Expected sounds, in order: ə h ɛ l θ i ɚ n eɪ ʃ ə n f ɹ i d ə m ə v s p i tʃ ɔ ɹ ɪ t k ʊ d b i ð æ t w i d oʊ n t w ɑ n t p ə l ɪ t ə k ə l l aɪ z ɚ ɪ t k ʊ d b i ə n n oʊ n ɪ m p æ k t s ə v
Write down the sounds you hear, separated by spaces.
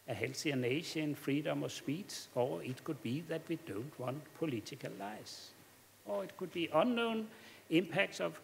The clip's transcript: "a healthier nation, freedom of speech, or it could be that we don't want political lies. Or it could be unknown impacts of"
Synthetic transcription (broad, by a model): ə h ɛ l s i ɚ n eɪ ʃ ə n f ɹ i d ə m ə s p i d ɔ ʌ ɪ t k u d b i ð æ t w i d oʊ n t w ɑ n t p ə l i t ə k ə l l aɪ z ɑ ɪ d k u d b i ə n n oʊ n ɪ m p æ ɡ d s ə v